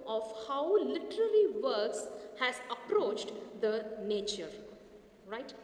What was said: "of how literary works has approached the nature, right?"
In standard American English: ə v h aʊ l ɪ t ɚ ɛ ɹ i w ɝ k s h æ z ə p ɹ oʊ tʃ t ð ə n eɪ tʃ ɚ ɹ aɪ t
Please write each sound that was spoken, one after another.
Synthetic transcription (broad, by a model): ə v h aʊ l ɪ t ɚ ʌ l i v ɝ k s h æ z ə p ɹ oʊ tʃ t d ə n eɪ tʃ ɚ ɹ aɪ t